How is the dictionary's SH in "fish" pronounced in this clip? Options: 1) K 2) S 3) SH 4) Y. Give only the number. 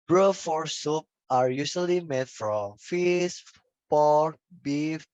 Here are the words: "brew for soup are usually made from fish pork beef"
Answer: 2